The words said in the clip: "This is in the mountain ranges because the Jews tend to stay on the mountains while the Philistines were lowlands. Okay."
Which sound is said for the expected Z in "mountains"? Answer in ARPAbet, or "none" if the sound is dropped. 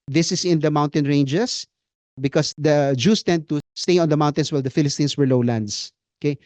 S